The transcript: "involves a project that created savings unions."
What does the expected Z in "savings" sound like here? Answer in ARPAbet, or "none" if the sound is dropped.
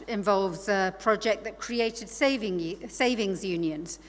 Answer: Z